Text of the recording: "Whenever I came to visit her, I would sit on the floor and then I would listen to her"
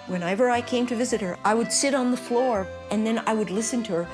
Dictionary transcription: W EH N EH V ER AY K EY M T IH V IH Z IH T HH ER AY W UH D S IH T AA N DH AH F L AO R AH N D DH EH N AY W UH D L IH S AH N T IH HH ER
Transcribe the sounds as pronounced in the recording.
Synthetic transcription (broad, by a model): W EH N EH V ER AY K EY M T IH V IH Z IH T HH ER AY W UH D S IH T N DH AH F L AO R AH N DH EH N AY W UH D L IH S AH N T IH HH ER